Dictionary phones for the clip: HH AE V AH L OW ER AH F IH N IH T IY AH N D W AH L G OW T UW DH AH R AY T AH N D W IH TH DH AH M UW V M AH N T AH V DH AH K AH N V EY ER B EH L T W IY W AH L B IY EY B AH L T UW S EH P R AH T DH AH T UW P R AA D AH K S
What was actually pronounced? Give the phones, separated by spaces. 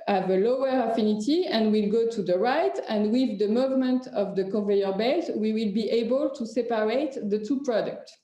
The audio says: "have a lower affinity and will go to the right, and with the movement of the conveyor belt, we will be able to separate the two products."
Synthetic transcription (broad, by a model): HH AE V AH L OW ER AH F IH N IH T IY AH N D W AH L G OW T UW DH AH R AY T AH N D W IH DH AH M UW V M AH N T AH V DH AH K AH V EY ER B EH T W IY W AH L B IY EY B AH L T UW S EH P R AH T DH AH T UW P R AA D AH K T